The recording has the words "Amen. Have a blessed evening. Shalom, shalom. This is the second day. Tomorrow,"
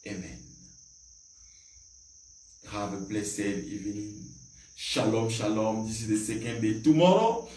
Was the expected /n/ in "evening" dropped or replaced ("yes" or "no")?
yes